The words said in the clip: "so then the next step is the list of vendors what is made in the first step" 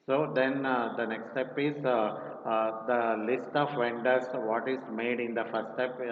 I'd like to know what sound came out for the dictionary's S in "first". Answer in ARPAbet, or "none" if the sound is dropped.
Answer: none